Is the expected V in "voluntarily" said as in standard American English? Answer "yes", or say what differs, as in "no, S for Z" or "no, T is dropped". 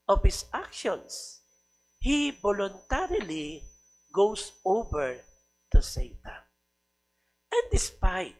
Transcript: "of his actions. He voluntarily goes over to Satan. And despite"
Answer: no, B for V